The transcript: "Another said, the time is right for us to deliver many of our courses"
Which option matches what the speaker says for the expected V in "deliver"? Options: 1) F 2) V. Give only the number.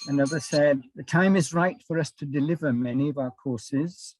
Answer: 2